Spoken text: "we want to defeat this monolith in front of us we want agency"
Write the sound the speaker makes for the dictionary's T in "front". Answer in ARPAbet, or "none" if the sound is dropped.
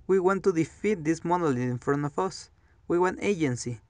none